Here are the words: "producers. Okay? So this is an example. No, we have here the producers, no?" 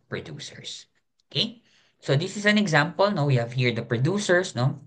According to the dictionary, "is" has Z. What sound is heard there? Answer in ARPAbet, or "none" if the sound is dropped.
S